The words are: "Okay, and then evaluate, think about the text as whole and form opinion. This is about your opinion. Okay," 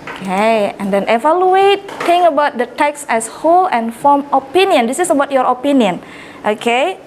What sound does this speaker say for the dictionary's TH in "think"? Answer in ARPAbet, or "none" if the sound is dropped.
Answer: T